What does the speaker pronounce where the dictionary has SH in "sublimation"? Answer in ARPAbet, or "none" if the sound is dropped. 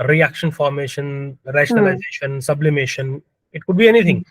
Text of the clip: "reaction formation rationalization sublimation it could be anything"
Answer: SH